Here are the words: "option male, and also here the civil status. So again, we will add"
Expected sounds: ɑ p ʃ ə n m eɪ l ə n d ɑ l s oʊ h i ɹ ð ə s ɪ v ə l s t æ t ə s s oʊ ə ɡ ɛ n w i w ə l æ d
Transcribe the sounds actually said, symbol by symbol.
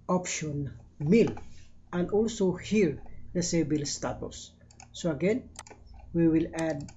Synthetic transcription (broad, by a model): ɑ p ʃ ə n m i l ə n d ɑ l s oʊ h i ɹ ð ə s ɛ b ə l s t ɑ t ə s s oʊ ə ɡ ɛ n w i w ə l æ d